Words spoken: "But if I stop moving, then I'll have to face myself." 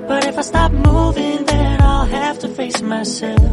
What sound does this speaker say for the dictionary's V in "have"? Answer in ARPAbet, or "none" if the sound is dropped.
F